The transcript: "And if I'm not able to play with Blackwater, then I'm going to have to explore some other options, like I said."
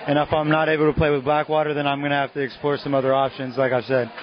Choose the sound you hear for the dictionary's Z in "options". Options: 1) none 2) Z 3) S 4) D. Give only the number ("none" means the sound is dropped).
2